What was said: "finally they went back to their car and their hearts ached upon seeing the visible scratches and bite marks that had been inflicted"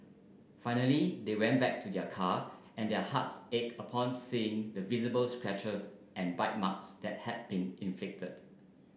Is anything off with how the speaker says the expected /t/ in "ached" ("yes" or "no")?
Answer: yes